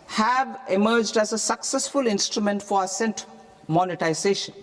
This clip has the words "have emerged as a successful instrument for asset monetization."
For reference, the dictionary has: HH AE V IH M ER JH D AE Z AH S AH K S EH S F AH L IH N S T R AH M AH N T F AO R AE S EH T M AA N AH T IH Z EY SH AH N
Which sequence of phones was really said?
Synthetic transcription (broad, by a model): HH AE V IH M ER JH D AE Z AH S AH K S EH S F AH L IH N S T R AH M AH N T F AO R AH S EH T M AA N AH T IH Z EY SH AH N